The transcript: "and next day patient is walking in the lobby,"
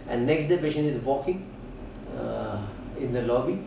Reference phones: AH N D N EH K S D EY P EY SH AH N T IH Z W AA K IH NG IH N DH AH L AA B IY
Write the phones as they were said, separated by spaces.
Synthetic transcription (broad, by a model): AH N N EH K S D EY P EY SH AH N IH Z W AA K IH NG IH N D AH L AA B IY